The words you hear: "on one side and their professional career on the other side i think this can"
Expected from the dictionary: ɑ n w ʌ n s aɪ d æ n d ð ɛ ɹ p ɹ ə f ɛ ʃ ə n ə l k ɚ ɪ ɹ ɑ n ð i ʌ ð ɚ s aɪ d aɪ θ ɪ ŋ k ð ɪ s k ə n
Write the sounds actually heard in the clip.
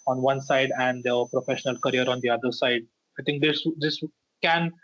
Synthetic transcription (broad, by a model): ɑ n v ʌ n s aɪ d æ n d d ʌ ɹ p ɹ ə f ɛ ʃ ə n ə l k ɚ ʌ ɹ ɑ n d i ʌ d ɚ s aɪ d aɪ t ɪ ŋ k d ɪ s k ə n